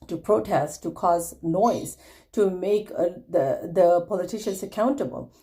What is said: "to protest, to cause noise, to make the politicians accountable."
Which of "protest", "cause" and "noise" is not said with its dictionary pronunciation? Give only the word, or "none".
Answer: none